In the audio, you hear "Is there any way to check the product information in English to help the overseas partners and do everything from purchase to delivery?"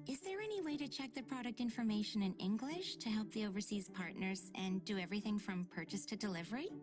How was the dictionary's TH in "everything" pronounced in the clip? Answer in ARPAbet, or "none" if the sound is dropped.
TH